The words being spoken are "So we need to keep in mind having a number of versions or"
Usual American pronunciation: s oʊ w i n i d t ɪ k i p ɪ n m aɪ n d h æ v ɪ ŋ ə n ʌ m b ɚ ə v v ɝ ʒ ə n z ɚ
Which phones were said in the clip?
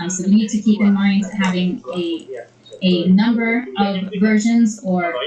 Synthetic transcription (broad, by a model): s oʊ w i n i d t ɪ k i p ɪ n m aɪ n d h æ v ɪ ŋ ə n ʌ m b ɚ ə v v ɝ ʒ ə n z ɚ